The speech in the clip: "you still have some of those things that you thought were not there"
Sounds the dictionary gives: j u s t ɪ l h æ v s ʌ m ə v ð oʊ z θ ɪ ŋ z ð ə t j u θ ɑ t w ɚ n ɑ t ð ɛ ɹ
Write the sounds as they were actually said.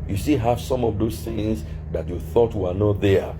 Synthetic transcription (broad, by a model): j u s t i h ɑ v s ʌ m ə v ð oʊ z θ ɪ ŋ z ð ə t j u θ ɑ t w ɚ n ɑ t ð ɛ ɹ